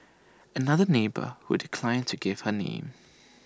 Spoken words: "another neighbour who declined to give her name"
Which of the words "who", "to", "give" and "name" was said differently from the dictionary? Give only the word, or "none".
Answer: none